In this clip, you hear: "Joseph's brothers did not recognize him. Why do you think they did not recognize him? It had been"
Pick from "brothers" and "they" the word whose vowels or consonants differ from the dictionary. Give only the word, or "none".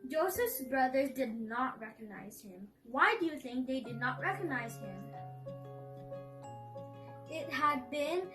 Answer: none